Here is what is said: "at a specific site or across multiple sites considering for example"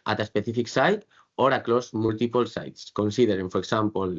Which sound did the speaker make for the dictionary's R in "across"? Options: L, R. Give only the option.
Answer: L